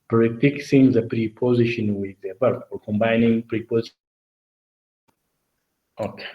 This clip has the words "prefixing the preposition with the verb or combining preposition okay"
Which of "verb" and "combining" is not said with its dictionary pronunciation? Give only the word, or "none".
verb